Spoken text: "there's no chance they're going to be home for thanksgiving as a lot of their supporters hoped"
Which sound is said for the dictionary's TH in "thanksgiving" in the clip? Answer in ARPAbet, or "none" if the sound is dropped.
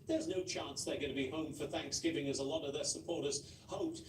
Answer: TH